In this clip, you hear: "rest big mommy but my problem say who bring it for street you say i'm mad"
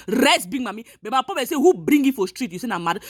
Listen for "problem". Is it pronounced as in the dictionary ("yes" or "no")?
no